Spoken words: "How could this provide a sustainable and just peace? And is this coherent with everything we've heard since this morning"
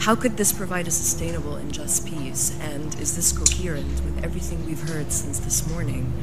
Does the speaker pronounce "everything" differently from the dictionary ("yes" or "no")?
no